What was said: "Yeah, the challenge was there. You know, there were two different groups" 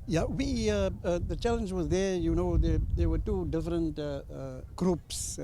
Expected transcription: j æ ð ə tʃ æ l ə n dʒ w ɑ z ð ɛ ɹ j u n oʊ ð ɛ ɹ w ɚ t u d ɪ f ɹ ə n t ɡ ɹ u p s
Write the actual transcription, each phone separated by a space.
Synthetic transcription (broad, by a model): j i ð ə tʃ æ l ə n dʒ w ɑ z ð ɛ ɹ j u n oʊ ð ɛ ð w ɚ t u d ɪ f ɹ ə n t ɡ ɹ u p s